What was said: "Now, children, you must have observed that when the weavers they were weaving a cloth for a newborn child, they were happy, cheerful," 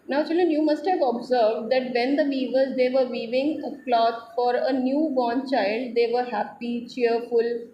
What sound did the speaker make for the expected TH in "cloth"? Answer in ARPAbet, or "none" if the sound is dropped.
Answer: T